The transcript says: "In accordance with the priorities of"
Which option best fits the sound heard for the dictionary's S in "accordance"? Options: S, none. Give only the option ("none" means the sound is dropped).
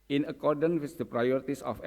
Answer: none